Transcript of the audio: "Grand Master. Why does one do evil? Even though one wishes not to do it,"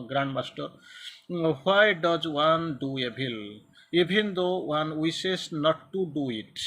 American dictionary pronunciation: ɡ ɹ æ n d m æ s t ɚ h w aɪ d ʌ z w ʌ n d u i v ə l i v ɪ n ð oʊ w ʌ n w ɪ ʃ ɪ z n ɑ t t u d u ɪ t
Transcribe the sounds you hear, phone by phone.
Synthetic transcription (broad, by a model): ɡ ɹ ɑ n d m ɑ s t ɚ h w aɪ d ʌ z w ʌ n d u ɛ b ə l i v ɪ n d oʊ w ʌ n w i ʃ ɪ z n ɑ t t u d u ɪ t